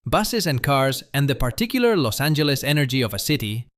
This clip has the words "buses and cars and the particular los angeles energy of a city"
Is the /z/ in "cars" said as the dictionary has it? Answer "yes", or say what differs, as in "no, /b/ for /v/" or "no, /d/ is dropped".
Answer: yes